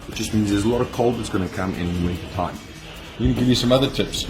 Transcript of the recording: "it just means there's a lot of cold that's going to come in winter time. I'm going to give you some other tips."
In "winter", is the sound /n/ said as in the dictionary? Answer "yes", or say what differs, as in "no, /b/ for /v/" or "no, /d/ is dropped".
no, /n/ is dropped